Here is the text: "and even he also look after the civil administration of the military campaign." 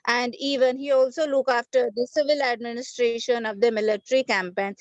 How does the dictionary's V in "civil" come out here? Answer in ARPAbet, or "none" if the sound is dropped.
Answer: V